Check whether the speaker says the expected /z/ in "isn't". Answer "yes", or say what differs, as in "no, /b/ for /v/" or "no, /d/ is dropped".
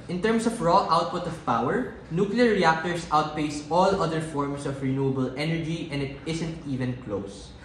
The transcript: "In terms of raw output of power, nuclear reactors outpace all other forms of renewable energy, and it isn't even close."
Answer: no, /s/ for /z/